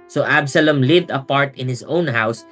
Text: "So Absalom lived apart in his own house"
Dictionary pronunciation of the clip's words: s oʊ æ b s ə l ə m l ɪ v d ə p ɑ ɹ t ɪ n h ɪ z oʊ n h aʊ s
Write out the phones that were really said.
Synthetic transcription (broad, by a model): s oʊ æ b s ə l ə m l ɪ v d ə p ɑ ɹ t ɪ n h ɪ s oʊ n h aʊ s